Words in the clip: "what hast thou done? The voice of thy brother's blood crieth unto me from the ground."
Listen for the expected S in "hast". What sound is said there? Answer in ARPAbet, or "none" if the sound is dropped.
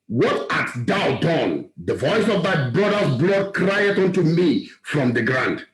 none